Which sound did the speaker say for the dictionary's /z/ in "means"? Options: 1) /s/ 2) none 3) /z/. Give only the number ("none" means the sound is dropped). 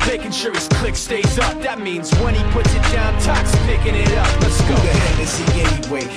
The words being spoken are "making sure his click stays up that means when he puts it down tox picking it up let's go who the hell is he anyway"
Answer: 3